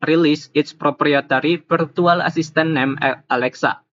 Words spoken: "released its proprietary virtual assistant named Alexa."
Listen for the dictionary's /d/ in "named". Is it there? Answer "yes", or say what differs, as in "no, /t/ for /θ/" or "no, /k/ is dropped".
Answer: no, /d/ is dropped